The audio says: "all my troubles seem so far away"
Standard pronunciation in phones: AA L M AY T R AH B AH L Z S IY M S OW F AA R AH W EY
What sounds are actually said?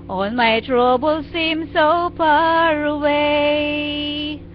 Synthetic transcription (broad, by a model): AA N M AY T R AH B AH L S IY M S OW P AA R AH W EY